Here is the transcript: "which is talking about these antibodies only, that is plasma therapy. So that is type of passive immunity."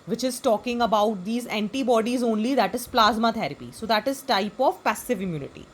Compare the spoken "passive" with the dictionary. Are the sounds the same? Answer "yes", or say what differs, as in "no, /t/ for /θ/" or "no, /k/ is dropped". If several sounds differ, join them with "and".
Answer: yes